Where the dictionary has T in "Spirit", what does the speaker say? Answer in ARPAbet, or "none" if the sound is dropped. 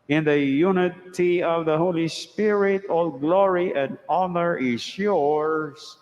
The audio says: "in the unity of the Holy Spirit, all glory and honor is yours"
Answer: T